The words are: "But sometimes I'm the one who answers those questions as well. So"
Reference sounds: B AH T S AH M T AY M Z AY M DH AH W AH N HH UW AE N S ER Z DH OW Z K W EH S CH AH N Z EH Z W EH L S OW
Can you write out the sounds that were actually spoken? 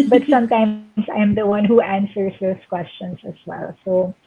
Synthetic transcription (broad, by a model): B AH T S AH M T AY M S AY M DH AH W AH N HH UW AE N S ER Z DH OW S K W EH S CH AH N S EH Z W EH L S OW